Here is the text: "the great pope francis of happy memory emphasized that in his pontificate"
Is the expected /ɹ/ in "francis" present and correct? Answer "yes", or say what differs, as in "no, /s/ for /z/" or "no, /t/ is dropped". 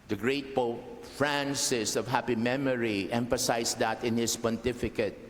yes